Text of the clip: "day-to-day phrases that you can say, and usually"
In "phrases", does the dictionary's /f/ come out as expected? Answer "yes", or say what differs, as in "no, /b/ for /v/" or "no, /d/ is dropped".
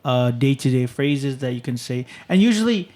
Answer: yes